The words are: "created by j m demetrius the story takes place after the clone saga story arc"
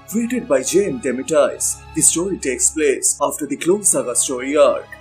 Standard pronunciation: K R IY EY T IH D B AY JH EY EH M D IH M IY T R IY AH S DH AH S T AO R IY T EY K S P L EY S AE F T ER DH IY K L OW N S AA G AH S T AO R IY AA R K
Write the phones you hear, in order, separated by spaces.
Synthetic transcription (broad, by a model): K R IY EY T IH D B AY JH EY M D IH M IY T IY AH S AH S T AO R IY T EY K S P L EY S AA F T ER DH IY K L OW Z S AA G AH S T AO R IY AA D